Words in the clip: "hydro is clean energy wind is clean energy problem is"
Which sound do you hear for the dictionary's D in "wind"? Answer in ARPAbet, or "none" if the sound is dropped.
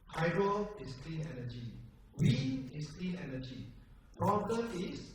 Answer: none